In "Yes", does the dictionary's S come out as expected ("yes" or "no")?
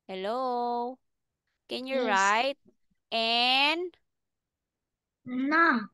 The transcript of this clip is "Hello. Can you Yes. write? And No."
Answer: no